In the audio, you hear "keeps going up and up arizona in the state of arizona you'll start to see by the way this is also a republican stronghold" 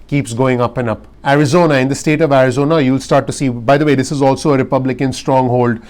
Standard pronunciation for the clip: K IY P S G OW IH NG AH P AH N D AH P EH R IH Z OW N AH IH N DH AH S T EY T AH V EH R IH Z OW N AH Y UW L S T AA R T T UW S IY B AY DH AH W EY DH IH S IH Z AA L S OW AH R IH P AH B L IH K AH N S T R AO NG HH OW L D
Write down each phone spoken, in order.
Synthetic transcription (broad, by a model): K IY P S G OW IH NG AH P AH N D AH P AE R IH Z OW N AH IH N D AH S T EY T AH V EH R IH Z OW N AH Y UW L S T AA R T T UW S IY B AY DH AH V EY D IH S IH Z AA L S OW AH R IH P AH B L IH K AH N S T R AO NG HH OW L D